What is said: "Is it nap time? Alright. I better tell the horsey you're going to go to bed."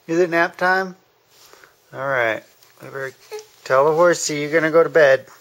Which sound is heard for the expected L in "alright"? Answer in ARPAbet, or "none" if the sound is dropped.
L